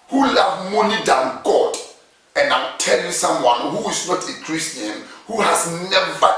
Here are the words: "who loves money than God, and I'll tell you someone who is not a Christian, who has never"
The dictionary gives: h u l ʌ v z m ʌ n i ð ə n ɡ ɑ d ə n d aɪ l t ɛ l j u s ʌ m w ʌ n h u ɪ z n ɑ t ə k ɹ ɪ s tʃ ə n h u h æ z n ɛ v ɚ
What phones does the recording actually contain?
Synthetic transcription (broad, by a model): h u l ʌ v m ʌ n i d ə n ɡ ɑ d ə n d aɪ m t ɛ l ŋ s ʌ m w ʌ n h u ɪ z n ɑ t ə k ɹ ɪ s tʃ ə n h u h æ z n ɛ v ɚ